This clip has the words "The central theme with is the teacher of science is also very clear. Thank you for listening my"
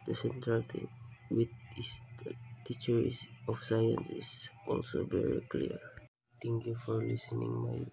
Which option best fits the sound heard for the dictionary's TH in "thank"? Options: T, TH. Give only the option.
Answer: T